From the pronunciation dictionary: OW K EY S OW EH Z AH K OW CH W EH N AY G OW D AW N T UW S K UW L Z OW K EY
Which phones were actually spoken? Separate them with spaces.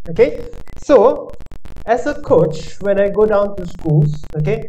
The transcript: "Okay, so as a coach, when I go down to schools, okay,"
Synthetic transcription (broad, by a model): OW K EY S OW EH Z AH K OW CH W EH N AY G OW D AW N T UW S K UW L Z OW K EY